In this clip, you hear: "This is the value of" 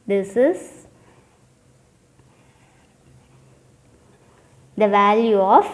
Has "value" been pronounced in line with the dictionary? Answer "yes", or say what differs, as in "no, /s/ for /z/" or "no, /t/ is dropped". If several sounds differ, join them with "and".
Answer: yes